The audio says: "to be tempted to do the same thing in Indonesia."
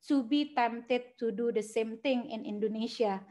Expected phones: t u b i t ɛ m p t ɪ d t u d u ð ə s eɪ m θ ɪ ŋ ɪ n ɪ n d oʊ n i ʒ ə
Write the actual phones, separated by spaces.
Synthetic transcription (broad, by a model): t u b i t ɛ m t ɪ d t u d u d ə s eɪ m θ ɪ ŋ ɪ n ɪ n d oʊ n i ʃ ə